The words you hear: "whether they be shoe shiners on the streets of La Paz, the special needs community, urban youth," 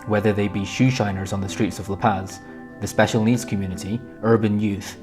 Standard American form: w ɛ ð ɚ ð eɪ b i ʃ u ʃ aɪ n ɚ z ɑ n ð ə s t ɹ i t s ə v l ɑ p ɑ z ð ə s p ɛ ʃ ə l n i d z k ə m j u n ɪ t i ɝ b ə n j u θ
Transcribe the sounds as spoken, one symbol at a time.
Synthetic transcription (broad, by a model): w ɛ ð ɚ ð eɪ b i ʃ u ʃ aɪ n ɚ z n ð ə s t ɹ i t s ə v l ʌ p ɑ z ð ə s p ɛ ʃ ə l n i d z k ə m j u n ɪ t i ɝ b ə n j u θ